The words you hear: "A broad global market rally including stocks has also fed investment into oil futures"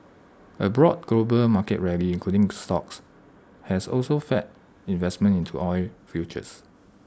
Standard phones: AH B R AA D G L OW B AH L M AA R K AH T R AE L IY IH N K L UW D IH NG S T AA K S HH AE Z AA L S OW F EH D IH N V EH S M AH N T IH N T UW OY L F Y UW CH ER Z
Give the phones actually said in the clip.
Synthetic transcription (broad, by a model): AH B R AA D G L OW B AH L M AA K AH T R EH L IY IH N K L UW D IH NG S T AA K S HH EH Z AA L S OW F EH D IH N V EH S M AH N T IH N T UW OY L F Y UW CH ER S